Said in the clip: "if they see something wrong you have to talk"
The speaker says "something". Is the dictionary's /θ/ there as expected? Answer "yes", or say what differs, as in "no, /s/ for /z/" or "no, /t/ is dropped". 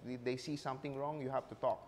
no, /t/ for /θ/